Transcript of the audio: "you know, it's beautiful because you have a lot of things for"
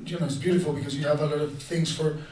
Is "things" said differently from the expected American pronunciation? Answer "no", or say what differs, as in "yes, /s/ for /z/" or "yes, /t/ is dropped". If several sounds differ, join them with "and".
no